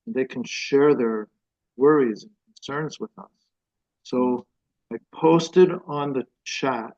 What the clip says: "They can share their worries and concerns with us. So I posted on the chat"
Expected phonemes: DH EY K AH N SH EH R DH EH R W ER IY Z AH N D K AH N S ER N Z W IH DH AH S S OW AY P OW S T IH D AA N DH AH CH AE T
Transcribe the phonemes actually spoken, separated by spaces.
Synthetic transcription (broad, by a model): DH EY K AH N SH EH R DH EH R W ER IY Z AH N K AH N S ER N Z W IH DH AH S S OW AY P OW S T IH D N DH AH CH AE T